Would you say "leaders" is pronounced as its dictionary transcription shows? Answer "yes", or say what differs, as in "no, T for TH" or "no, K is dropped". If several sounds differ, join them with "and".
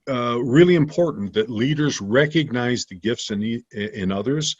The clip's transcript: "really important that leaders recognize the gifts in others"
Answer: yes